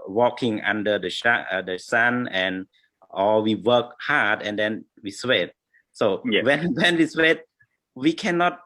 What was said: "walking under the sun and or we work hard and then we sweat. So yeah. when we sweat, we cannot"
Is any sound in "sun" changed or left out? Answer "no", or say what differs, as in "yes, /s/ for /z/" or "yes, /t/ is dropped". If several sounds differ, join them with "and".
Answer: yes, /ʃ/ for /s/